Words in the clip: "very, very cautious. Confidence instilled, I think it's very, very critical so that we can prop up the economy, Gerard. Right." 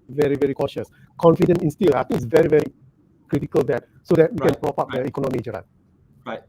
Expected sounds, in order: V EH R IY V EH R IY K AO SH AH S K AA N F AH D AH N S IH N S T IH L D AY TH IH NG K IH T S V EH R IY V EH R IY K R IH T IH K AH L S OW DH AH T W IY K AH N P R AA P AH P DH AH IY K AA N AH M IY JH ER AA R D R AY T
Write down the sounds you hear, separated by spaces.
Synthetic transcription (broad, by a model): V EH R IY V EH R IY K AO SH AH S K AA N F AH D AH N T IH N S T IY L AY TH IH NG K IH T S V EH R IY V EH R IY K R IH T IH K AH L S OW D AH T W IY K AH N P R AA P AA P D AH IY K AA N AH M IY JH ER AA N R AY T